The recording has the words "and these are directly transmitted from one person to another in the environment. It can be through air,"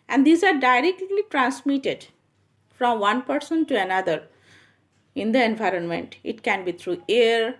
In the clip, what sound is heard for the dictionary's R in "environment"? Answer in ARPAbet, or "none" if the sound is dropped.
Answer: R